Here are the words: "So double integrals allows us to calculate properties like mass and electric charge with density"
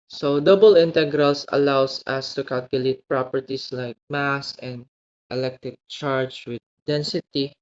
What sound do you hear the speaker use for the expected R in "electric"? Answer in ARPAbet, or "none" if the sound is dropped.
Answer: none